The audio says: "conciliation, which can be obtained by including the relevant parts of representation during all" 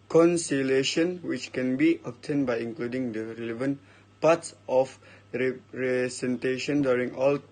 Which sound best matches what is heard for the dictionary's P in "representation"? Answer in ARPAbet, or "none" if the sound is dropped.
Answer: none